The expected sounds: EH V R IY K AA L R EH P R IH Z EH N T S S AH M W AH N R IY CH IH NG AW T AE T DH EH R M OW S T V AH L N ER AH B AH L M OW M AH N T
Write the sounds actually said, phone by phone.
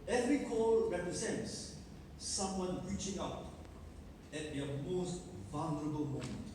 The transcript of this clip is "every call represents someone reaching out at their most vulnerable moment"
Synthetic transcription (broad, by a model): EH V R IY K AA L R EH P R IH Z EH N T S S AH M W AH N R IY CH IH NG AW T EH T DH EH M OW S T V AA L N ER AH B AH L M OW M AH N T